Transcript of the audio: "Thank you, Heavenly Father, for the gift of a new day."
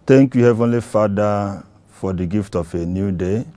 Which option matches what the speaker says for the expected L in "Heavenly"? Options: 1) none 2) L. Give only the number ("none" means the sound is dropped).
2